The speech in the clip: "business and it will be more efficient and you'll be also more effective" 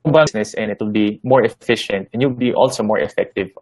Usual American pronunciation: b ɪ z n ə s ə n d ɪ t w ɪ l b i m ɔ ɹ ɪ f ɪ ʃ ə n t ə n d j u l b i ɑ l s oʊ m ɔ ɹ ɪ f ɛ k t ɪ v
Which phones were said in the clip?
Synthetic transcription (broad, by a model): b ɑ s n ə s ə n ɪ t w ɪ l b i m ɔ ɹ ɪ f ɪ ʃ ə n t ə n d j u w b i ɑ l s oʊ m ɔ ɹ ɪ f ɛ k t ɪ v